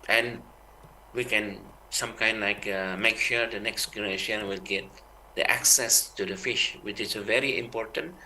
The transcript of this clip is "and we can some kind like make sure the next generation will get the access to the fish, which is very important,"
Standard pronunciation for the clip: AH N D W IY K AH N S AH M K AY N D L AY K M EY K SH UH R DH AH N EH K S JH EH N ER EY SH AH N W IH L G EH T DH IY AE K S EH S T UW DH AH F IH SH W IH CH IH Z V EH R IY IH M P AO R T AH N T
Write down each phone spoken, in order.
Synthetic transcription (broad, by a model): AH N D W IY K AH N S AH M K AY N D L AY K M EY K SH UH R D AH N EH K S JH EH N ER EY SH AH N W IH L G EH T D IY AE K S EH S T UW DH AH F IH SH W IH CH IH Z V EH R IY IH M P AO R T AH N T